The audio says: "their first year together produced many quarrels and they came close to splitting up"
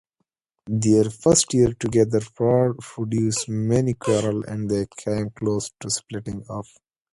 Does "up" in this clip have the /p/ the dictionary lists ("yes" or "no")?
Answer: no